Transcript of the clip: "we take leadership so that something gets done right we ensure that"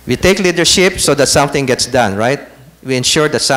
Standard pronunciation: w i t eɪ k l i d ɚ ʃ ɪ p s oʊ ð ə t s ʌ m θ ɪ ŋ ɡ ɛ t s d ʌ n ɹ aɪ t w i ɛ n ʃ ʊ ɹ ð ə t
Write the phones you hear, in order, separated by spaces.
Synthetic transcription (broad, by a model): w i t eɪ k l i d ɚ ʃ ɪ p s oʊ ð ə t s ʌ m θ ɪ ŋ ɡ ɛ t s d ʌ n ɹ aɪ t w i ɛ n ʃ ʊ ɹ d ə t